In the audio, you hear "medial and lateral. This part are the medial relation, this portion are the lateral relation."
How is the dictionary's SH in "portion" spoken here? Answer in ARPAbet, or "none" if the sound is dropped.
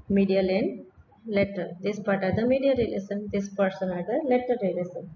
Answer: S